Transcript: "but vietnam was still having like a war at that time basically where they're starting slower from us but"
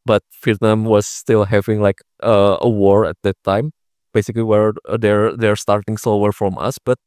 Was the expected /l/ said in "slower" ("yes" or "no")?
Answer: no